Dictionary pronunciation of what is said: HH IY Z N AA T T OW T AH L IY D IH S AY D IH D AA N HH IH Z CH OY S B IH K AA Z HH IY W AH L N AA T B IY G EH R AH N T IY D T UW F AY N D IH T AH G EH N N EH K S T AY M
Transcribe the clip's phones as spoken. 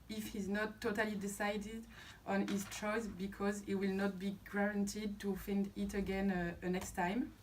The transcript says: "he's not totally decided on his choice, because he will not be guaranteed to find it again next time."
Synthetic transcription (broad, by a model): HH IY Z N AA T T OW T AH L IY D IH S AY D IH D AA N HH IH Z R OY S B IH K AA Z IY W AH L N AA T B IY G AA R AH N T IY D T UW F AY N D IH T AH G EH N N EH K S T AY M